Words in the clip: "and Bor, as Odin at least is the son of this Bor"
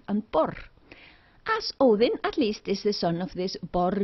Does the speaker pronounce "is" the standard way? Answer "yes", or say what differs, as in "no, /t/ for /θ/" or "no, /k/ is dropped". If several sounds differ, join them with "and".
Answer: no, /s/ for /z/